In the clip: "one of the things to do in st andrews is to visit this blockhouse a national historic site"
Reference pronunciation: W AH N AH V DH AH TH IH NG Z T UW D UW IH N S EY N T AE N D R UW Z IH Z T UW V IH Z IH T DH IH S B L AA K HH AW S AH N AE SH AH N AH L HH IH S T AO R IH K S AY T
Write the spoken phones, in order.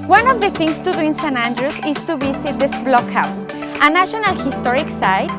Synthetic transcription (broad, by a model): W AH N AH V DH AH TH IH NG S T UW D UW IH N S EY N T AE N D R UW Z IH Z T UW B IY S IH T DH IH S B L AA K HH AW S AH N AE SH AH N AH L HH IH S T AO R IH K S AY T